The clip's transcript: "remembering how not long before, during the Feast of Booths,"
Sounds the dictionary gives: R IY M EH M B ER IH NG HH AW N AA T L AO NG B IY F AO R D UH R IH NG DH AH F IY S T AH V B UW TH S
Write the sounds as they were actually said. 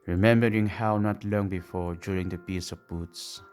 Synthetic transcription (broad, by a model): R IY M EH M B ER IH NG HH AW N AA T L AO NG B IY F AO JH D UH R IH NG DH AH P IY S AH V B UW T S